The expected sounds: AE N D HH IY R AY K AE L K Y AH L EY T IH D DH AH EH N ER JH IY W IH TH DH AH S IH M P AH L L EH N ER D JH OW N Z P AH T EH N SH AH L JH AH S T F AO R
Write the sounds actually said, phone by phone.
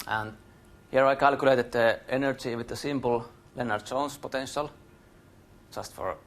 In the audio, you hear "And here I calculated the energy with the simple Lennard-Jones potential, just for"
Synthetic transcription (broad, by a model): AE N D HH IY R AY K AE L K Y AH L EY T IH D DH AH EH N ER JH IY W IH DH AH S IH M P AH L L EH N ER D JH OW N S P AH T EH N SH AH L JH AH S T F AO R